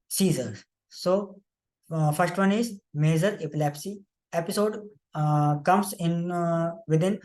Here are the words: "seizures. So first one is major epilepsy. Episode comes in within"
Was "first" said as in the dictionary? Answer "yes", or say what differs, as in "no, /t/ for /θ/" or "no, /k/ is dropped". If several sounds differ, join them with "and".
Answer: yes